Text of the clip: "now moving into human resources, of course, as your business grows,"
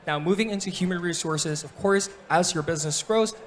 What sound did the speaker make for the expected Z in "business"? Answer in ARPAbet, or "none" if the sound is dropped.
Z